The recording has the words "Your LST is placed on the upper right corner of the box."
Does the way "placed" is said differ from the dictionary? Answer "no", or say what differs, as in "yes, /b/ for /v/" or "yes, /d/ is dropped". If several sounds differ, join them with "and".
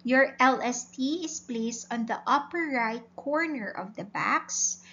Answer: no